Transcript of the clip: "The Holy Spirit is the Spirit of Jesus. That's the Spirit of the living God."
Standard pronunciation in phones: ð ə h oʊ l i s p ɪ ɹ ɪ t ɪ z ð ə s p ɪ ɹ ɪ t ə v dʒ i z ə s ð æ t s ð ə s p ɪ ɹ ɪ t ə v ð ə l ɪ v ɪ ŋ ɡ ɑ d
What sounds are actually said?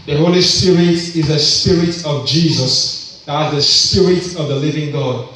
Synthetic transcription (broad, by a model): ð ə h oʊ l i s p ɪ ɹ ɪ t ɪ z ð ə s p ɪ ɹ ɪ t ə v dʒ i z ə s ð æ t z ð ə s p ɪ ɹ ɪ t ə v ð ə l ɪ v ɪ ŋ ɡ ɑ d